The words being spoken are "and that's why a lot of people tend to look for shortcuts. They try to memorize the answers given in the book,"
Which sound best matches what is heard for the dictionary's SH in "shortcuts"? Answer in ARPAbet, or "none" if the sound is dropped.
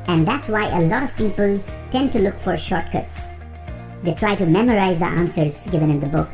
SH